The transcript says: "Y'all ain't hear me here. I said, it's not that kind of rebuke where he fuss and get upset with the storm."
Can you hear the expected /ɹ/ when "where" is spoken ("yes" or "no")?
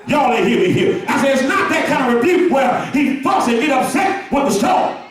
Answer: no